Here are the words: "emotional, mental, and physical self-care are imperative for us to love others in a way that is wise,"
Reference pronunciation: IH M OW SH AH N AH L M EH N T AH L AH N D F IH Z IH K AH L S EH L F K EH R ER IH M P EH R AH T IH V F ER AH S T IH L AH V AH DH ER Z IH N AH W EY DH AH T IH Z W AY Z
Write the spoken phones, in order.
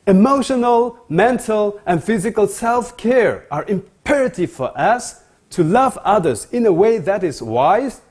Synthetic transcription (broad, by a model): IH M OW SH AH N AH L M EH N T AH L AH N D F IH Z IH K AH L S EH L F K EH R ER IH M P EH R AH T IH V F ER AH S T IH L AH V AH DH ER Z IH N AH W EY DH AH T IH Z W AY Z